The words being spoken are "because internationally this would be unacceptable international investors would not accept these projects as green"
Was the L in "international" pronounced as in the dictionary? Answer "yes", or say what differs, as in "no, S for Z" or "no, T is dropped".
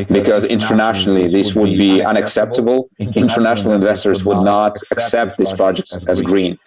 yes